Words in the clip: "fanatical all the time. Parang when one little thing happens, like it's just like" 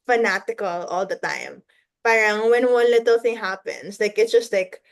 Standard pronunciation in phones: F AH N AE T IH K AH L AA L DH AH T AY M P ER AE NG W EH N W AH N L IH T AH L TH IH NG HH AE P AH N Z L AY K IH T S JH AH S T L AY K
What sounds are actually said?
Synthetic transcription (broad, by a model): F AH N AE T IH K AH L AA L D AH T AY M P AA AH NG W EH N W AH N L IH T AH L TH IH NG HH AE P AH N S L AY K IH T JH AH S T L AY K